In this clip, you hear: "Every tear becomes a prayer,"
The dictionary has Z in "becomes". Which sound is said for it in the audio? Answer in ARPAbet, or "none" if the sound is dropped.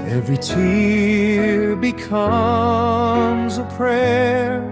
Z